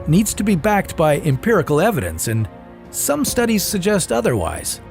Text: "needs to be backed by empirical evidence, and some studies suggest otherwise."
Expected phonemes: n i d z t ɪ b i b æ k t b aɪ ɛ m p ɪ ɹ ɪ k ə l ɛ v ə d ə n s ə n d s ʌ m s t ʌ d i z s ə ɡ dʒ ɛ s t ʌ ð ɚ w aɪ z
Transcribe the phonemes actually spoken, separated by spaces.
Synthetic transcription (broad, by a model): n i d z t ɪ b i b æ k t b aɪ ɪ m p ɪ ɹ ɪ k l ɛ v ə d ə n s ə n s ʌ m s t ʌ d i z s ə ɡ dʒ ɛ s t ʌ ð ɚ w aɪ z